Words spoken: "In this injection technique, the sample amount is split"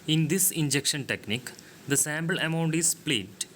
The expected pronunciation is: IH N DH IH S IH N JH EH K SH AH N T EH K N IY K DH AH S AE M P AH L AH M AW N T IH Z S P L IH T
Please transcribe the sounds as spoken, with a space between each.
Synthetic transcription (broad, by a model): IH N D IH S IH N JH EH K SH AH N T EH K N IY K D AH S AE M B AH L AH M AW N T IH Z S P L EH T